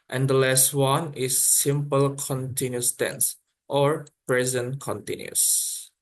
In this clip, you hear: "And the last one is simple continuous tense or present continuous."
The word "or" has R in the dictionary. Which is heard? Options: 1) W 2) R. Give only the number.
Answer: 2